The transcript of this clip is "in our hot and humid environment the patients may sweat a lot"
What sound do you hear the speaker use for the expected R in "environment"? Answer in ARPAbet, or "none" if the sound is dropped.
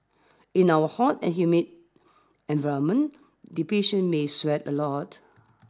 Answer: none